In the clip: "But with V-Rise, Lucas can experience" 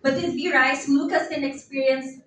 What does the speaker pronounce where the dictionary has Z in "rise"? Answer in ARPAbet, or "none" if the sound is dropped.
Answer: S